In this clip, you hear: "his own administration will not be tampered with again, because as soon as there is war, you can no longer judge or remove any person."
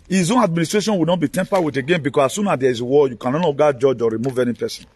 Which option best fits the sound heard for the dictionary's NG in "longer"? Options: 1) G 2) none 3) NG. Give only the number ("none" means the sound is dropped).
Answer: 2